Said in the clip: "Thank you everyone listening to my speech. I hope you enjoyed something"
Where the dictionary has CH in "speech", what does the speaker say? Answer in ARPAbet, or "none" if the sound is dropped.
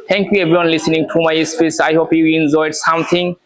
S